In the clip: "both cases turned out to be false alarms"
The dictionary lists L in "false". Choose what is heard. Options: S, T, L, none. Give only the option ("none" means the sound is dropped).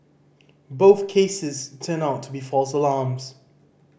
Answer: L